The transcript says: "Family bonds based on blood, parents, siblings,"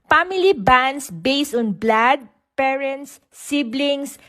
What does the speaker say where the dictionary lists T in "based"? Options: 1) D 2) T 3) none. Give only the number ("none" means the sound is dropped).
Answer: 2